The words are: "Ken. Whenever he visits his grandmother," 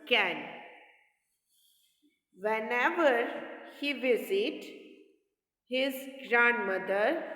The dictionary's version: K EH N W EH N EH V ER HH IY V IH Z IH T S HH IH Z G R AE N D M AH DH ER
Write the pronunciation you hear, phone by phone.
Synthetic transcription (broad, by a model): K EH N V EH N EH V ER HH IY V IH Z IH T HH IH Z G R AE N D M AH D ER